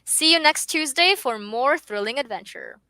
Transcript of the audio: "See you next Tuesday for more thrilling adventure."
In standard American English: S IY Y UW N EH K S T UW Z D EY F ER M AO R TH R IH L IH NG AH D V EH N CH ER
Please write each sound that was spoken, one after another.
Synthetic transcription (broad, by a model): S IY Y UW N EH K S T UW Z D EY F ER M AO R TH R IH L IH NG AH D V EH N CH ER